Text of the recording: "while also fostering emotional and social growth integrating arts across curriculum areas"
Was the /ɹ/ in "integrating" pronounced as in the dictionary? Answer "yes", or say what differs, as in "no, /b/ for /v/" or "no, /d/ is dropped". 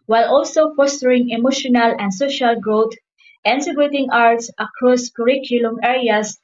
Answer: no, /ɹ/ is dropped